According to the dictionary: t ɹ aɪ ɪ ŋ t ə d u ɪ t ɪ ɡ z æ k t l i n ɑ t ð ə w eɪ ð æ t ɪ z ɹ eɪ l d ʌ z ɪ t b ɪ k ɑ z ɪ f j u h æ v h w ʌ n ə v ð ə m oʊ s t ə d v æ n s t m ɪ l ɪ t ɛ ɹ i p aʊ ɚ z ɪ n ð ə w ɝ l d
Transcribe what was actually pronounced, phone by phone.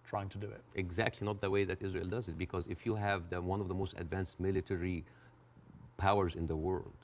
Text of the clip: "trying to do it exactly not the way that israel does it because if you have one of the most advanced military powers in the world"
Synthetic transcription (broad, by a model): t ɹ aɪ ɪ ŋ t ə d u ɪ t ɪ ɡ z æ k t l i n ɑ t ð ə w eɪ ð æ t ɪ z ɹ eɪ l d ʌ z ɪ t b ɪ k ɑ z ɪ f j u h æ v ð w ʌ n ə v ð ə m oʊ s t ə d v æ n s t m ɪ l ɪ t ɛ ɹ i p aʊ ɚ z ɪ n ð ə w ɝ l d